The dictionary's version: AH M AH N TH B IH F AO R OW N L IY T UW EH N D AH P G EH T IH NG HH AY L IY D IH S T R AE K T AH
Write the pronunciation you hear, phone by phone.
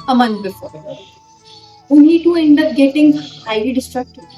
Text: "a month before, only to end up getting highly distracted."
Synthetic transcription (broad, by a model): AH M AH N T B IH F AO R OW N IY T UW EH N D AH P G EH T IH NG HH AY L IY D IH S T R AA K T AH